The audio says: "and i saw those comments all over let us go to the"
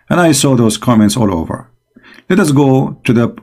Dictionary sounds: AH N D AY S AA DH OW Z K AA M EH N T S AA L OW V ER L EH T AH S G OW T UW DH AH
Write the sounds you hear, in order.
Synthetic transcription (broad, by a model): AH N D AY S AA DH OW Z K AA M EH N T S AA L OW V ER L EH T AH S G OW T UW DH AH